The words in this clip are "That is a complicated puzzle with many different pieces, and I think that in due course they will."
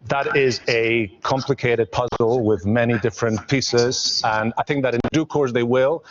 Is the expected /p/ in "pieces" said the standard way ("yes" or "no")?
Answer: yes